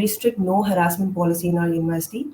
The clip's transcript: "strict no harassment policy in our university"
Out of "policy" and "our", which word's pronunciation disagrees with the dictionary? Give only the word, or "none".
our